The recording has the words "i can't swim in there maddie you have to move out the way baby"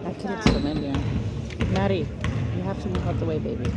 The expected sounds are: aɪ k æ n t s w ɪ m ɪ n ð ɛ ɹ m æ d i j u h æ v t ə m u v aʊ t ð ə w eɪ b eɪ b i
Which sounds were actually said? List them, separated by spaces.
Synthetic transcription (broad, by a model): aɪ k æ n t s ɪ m ɪ n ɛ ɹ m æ d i j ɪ h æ f t ə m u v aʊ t ð ə w eɪ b eɪ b i